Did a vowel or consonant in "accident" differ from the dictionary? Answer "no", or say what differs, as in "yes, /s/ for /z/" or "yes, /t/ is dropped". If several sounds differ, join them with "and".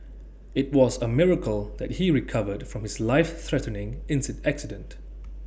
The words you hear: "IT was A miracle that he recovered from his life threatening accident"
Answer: no